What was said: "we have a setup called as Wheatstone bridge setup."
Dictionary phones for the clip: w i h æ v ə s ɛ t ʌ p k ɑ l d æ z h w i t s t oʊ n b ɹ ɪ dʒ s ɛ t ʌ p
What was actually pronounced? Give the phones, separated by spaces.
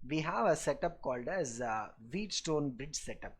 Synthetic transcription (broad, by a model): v i h æ v ə s ɛ t ʌ p k ɑ l d æ z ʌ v i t s t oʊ n b ɹ ɪ dʒ s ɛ t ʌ p